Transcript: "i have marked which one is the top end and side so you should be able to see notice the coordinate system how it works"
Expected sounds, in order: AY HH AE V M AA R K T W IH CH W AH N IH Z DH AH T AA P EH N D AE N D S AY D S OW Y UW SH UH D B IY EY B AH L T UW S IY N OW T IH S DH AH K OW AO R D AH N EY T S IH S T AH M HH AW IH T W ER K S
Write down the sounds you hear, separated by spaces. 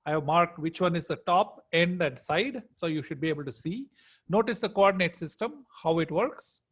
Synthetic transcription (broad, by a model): AY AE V M AA R K T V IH CH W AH N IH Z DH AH T AA P EH N D AE N D S AY D S OW Y UW SH UH D B IY EY B AH L T UW S IY N OW T IH S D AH K OW AO R D AH N EY T S IH S T AH M HH AW IH T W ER K S